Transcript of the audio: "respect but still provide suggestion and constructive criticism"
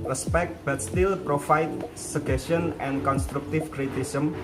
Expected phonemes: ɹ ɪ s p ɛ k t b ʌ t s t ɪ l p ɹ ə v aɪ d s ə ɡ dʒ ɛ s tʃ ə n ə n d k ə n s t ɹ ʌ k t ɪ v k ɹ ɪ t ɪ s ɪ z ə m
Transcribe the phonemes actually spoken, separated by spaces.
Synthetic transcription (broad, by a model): ɹ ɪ s p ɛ k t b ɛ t s t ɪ l p ɹ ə f aɪ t s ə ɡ ɛ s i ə n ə n k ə n s t ɹ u k t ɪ f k ɹ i t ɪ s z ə m